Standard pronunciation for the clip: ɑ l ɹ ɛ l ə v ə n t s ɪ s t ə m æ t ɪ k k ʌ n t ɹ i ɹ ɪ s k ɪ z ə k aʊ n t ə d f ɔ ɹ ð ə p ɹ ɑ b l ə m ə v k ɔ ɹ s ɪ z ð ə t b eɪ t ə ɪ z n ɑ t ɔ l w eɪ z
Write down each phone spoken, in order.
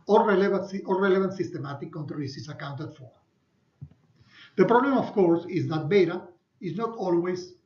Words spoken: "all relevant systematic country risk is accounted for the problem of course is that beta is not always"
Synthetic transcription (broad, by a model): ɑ l ɹ ɛ l ə v ə n t s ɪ s t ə m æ t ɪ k k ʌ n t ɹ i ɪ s ɪ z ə k aʊ n t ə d f ɔ ɹ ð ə p ɹ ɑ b l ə m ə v k ɔ ɹ s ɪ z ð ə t b eɪ t ə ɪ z n ɑ t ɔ l w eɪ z